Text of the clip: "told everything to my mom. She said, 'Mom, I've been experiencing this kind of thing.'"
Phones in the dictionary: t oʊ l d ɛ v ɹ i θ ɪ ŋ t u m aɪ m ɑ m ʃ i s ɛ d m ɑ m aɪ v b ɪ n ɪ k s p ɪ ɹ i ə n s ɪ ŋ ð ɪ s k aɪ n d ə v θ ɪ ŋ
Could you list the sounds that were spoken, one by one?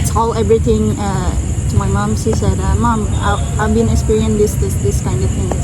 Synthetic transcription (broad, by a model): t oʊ l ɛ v ɹ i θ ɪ ŋ t u m aɪ m ɑ m s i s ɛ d m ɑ m aɪ v b ɪ n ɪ k s p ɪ ɹ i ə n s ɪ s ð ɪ s k aɪ n d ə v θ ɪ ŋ